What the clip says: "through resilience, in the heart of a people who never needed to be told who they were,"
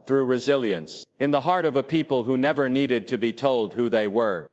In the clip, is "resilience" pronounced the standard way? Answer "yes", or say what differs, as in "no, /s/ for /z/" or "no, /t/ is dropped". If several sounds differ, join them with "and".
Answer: yes